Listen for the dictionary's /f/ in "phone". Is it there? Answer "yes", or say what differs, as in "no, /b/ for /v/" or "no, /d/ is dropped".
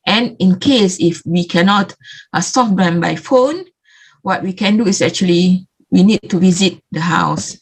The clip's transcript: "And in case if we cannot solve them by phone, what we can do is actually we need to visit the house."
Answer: yes